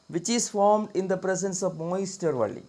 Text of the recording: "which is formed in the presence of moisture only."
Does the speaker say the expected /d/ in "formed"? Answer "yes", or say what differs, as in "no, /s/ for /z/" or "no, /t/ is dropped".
yes